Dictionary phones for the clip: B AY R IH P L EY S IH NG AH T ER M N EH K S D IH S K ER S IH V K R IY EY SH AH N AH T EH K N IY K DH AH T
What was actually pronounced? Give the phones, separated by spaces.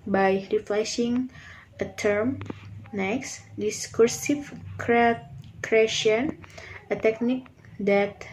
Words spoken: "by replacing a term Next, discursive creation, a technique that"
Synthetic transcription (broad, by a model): B AY R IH F L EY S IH NG AH T ER M N EH K S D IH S K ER S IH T K R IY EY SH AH N AH T EH K N IY K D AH T